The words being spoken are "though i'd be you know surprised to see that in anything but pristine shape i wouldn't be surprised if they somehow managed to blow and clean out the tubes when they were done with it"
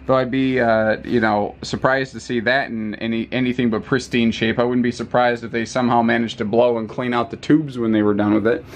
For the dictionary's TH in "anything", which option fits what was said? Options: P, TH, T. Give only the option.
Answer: TH